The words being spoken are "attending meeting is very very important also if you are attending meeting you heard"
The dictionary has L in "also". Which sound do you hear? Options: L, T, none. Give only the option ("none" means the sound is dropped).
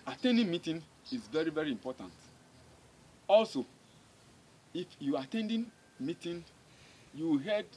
L